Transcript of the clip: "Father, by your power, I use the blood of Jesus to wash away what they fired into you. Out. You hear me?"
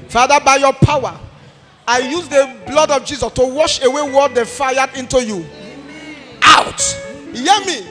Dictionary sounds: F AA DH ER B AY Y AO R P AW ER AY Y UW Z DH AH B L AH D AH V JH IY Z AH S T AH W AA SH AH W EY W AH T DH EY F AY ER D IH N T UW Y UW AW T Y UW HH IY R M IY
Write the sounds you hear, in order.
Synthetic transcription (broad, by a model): F AA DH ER B AY Y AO P AW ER AY Y UW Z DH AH B L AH D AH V JH IY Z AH S T AH W AA SH AH W EY W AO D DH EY F AY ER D IH N T UW Y UW AW T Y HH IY M IY